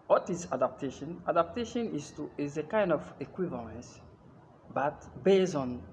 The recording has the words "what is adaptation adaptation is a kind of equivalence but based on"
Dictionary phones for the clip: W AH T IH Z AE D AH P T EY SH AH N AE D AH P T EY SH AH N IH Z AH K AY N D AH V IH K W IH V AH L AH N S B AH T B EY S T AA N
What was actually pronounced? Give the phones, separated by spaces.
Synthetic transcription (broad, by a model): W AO T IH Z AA D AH P T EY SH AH N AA D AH P T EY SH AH N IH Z AH K AY N D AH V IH K W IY V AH L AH N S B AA T B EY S AA N